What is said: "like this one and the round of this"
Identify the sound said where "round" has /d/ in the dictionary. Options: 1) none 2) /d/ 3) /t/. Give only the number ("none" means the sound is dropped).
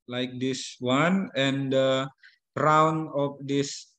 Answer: 1